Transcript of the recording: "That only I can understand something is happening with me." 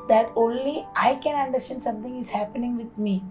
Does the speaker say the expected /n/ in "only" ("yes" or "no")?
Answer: yes